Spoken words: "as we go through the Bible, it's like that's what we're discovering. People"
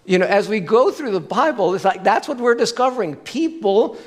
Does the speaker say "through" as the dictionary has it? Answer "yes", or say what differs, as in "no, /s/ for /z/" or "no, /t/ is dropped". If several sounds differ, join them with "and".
yes